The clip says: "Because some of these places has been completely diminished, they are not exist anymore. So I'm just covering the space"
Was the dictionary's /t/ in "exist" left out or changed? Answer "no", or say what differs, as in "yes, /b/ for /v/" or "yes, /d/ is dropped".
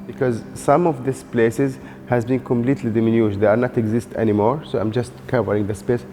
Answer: no